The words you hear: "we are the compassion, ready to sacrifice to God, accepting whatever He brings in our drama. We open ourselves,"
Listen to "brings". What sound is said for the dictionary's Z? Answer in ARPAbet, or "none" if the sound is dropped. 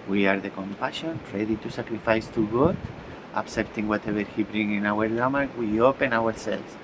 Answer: none